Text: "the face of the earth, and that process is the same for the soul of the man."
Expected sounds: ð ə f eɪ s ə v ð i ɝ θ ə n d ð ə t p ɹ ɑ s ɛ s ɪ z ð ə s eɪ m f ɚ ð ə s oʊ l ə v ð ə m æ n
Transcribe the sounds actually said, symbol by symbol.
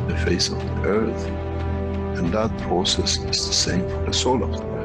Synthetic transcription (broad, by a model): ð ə f eɪ s ə v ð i ɝ θ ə n ð ə t p ɹ ɑ s ɛ s ɪ z ð ə s eɪ m f ɚ ð ə s oʊ l ə v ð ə